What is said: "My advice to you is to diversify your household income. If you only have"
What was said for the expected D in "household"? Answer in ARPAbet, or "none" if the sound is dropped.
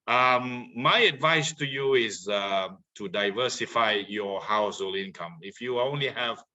none